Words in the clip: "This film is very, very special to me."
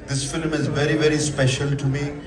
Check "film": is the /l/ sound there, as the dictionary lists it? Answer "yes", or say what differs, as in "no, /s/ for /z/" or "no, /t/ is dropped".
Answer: yes